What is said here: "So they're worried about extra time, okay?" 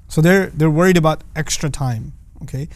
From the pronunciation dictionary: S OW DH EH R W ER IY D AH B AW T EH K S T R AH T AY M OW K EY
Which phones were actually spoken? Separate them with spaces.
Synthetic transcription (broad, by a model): S OW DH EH R W ER IY D AH B AW T EH K S T R AH T AY M OW K EY